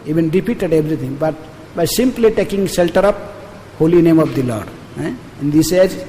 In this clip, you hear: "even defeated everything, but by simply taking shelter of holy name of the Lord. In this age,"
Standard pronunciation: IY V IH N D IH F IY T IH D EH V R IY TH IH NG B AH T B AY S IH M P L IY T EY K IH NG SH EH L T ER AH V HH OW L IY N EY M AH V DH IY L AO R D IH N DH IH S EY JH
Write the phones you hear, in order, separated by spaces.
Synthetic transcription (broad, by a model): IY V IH N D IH P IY T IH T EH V R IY T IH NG B AH T B AY S IH M P L IY T EY K IH NG SH EH L T ER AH P HH OW L IY N EY M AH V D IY L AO R D IH N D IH S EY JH